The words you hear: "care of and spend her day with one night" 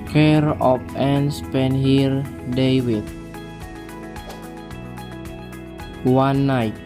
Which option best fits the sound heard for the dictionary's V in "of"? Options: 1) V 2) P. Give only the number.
2